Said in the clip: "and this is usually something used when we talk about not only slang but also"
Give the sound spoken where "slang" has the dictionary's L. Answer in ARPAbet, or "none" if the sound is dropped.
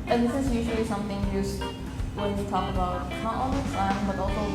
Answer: none